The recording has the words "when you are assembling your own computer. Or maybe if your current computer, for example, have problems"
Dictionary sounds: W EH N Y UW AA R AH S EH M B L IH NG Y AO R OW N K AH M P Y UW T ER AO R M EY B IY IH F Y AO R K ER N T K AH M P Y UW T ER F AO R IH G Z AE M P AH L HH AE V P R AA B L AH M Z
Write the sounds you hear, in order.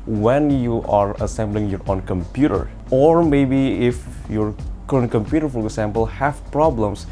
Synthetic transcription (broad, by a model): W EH N Y UW AA R AH S EH M B L IH NG Y AO R OW N K AH M P Y UW T ER AO R M EY B IY IH F Y AO R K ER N K AH M P Y UW T ER F AO R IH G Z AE M P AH L HH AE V P R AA B L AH M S